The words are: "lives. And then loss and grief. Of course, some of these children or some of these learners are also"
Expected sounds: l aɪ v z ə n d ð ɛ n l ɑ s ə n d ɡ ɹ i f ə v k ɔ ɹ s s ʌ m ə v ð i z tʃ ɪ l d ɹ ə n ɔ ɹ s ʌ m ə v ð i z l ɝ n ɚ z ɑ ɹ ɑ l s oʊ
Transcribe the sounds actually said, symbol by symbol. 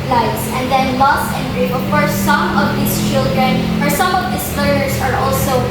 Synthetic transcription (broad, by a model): l aɪ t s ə n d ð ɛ n l ɑ s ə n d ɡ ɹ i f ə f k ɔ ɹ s s ʌ m ə v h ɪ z tʃ ɪ l d ɹ ə n ɔ ɹ s ʌ m ə v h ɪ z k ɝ ɚ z ɑ ɹ ɑ l s oʊ